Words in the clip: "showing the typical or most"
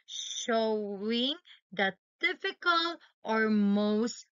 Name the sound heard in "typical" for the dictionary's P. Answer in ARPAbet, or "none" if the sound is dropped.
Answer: F